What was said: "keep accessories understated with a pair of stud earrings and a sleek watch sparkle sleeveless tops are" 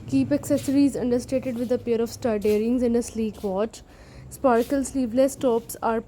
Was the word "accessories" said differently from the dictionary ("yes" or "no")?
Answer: no